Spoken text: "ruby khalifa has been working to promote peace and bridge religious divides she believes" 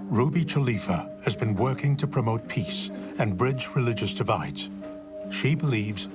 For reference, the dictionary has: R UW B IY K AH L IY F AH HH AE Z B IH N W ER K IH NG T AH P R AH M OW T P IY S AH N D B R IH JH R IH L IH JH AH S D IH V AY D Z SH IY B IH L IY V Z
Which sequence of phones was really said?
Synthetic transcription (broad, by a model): R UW B IY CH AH L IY F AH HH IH Z B IH N W ER K IH NG T AH P R AH M OW T P IY S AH N B R IH JH R IH L IH JH AH S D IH V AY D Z SH IY B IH L IY V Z